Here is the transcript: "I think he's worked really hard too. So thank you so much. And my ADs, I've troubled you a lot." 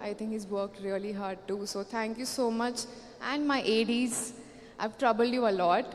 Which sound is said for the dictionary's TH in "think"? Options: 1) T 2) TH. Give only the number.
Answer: 1